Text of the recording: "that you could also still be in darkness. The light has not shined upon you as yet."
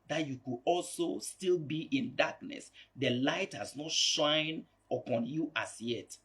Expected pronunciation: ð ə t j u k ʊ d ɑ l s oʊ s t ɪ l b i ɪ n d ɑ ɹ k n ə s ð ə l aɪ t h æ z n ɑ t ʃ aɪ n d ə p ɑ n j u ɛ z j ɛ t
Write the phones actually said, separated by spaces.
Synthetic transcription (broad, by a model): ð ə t j u k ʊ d ɑ l s oʊ s t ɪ l b i ɪ n d ɑ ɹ k n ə s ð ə l aɪ t h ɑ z n ɑ t ʃ aɪ n ə p ɑ n j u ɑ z j ɛ t